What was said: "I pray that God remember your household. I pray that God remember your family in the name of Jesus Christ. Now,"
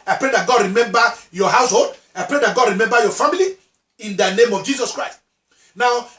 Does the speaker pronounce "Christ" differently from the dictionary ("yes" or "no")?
no